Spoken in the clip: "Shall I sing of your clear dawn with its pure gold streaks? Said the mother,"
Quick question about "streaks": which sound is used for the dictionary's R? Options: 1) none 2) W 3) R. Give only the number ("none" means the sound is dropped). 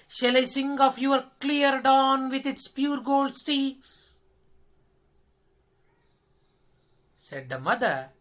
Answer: 1